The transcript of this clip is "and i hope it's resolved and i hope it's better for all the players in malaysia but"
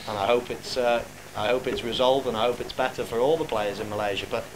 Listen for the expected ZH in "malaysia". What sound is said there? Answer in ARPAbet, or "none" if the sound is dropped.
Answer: ZH